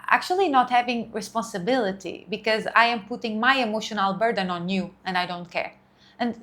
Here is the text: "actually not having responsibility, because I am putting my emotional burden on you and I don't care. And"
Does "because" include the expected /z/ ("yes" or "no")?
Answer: yes